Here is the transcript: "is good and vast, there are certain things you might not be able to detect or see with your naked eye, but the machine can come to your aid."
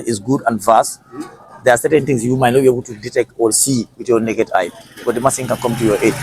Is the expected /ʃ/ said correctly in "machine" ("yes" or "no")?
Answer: no